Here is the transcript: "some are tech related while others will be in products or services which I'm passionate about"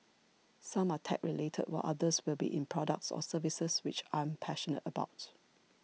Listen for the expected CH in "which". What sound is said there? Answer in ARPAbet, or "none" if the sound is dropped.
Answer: CH